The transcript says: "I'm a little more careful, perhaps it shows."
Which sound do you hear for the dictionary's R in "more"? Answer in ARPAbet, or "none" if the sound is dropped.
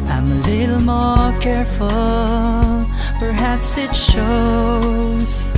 R